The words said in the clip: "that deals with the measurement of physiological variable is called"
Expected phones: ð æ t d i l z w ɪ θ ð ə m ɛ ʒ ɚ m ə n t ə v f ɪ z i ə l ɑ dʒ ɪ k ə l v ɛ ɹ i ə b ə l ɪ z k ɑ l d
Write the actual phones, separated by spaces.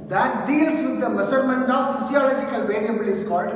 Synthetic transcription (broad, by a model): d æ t d i l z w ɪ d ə m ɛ s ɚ m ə n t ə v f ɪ s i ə l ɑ dʒ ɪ k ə l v ɛ l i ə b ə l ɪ s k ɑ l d